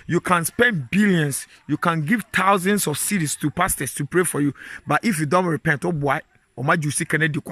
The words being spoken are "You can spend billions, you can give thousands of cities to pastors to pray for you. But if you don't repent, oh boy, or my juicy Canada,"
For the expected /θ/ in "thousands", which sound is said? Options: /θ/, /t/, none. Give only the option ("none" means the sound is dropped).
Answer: /t/